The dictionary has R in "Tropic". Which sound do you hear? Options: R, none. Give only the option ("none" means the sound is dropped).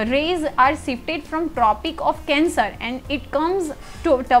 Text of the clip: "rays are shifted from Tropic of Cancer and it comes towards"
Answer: R